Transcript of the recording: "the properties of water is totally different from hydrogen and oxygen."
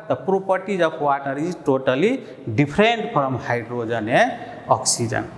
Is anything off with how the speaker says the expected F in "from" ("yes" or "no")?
yes